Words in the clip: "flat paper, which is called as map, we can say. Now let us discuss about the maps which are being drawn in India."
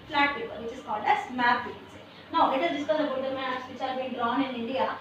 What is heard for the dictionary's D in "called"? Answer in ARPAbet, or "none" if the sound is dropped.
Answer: D